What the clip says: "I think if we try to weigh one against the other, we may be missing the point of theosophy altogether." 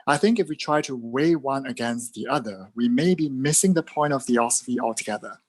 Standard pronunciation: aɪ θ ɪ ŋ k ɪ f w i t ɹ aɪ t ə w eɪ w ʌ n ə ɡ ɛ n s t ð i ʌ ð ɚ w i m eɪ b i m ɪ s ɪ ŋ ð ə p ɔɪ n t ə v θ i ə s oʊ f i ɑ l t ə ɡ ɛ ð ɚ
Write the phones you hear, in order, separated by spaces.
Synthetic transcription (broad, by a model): aɪ θ ɪ ŋ k ɪ f w i t ɹ aɪ t ə w eɪ w ʌ n ə ɡ ɛ n s t ð i ʌ ð ɚ w i m eɪ b i m ɪ s ɪ ŋ ð ə p ɔɪ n t ə v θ i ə s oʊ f i ɑ l t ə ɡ ɛ ð ɚ